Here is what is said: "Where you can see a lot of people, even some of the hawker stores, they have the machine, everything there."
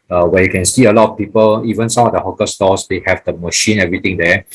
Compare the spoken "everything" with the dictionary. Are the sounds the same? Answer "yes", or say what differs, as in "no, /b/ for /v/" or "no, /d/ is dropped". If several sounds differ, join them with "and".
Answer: no, /t/ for /θ/